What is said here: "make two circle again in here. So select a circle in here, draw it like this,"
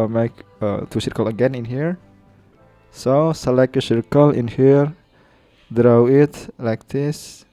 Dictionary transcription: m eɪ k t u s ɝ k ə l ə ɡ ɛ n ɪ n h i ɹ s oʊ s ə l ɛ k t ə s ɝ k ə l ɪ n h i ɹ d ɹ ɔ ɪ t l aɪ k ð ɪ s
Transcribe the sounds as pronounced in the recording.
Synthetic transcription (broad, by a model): m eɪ k t u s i k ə l ə ɡ ɛ n ɪ n h i ɹ s oʊ s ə l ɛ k ə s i k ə l ɪ n h i ɹ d ɹ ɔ ɪ t l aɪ k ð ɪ s